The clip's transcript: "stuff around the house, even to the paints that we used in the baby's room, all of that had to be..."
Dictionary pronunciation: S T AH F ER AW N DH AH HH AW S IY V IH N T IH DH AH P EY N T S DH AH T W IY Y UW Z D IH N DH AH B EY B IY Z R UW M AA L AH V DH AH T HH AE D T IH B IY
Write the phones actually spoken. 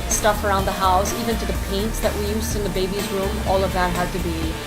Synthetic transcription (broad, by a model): S T AH F ER AW N DH AH HH AW S IY V IH N T IH DH AH P EY N T S DH AH T W IY Y UW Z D IH N DH AH B EY B IY Z R UW M AA L AH V DH AH T HH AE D T IH B IY